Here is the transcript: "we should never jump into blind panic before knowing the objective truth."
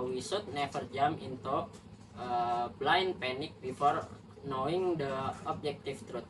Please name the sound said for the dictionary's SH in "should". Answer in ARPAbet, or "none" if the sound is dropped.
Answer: S